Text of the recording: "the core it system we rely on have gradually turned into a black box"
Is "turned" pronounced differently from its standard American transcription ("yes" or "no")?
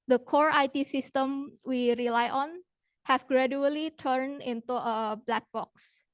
yes